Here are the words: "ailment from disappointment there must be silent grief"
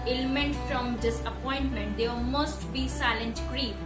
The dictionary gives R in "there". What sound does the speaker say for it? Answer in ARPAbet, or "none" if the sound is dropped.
L